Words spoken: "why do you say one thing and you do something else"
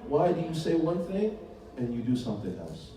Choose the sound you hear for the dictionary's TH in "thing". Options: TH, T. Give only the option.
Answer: TH